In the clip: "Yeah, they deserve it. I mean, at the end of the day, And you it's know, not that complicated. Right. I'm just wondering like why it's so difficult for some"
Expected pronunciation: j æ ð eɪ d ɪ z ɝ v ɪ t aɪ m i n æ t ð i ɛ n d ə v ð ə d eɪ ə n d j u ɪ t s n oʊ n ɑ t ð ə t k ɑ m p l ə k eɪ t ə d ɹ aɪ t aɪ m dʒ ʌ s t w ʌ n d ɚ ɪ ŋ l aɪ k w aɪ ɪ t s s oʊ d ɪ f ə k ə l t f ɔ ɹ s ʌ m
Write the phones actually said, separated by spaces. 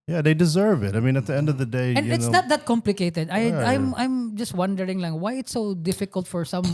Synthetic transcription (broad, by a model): j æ ð eɪ d ɪ z ɝ v ɪ t aɪ m i n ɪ t ð i ɛ n d ə v ð ə d eɪ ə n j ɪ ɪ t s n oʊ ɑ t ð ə t k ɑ m p l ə k eɪ t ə d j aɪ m aɪ m dʒ ʌ s t w ʌ n d ɚ ɪ ŋ l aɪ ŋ w aɪ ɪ t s s oʊ d ɪ f ə k ə l t f ɔ ɹ s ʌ m